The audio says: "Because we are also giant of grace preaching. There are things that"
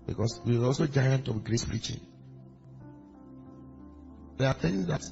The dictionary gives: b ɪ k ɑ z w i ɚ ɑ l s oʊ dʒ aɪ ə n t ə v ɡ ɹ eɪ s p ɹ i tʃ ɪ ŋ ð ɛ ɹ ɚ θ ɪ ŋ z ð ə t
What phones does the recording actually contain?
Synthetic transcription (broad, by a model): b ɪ k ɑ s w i ɚ ɑ l s oʊ dʒ aɪ ə n t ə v ɡ ɹ eɪ s p ɹ i tʃ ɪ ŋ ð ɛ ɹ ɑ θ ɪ ŋ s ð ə t